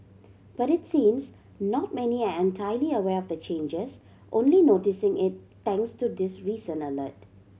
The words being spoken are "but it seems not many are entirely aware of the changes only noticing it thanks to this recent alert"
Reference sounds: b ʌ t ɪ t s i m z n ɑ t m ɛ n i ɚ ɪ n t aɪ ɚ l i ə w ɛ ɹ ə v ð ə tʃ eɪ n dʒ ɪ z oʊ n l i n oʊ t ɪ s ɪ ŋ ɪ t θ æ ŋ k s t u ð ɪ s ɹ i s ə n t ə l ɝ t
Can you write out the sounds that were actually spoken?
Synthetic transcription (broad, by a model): b ʌ t ɪ t s i m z n ɑ t m ɛ n i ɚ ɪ n t aɪ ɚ l i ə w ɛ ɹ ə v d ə tʃ eɪ n dʒ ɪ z oʊ n l i n oʊ t ɪ s ɪ ŋ ɪ t t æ ŋ k s t u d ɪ s ɹ i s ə n ə l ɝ t